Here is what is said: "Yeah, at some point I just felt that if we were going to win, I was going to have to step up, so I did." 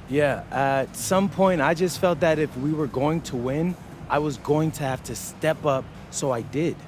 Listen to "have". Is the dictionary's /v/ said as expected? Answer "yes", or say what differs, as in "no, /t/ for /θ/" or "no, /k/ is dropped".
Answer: no, /f/ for /v/